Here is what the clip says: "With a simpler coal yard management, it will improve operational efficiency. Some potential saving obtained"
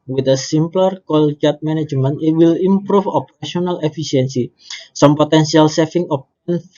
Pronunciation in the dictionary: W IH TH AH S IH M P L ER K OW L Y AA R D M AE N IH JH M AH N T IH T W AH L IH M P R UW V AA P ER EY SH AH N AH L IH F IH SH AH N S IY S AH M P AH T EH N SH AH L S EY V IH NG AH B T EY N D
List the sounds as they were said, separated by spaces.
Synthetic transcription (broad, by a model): W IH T AH S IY M P L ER K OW L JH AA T M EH N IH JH M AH N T IH T W AH L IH M P R UW F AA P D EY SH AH N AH L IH F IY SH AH N S IY S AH M P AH T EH N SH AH L S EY F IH NG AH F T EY N